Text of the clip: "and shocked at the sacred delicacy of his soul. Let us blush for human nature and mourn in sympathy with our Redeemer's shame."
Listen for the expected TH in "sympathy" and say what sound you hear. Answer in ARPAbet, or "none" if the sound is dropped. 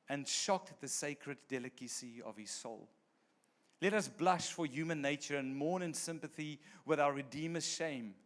TH